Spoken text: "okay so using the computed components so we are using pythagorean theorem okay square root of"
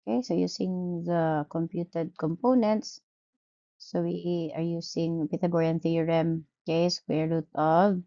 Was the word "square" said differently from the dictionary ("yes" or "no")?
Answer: yes